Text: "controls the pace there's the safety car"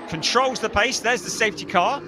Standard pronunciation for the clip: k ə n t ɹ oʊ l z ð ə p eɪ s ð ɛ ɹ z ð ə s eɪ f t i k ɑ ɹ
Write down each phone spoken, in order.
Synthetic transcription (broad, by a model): k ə n t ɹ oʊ l z ð ə p eɪ s ð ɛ z ð ə s eɪ f t i k ɑ